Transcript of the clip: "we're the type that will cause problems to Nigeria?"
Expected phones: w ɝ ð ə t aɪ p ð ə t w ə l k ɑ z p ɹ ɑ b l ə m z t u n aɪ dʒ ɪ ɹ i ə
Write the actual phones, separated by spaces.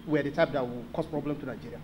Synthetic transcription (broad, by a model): w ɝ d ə t aɪ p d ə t w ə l k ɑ s p ɹ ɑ b l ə m t u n aɪ dʒ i ɹ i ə